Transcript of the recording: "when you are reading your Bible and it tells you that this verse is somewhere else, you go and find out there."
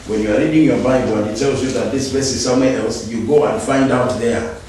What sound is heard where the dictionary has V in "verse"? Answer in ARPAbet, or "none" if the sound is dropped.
B